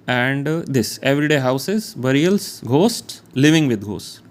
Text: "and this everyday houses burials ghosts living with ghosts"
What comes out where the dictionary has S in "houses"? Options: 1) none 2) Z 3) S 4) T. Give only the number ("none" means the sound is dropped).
3